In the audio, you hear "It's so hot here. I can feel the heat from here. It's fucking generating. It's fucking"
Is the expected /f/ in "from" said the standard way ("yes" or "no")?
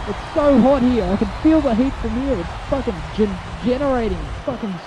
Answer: yes